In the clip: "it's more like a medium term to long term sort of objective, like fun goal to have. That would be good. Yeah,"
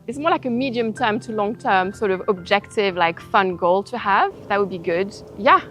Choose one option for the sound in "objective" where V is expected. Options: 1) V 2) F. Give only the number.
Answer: 1